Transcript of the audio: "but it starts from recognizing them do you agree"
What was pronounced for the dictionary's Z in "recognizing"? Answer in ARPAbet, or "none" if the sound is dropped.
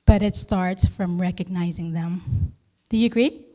Z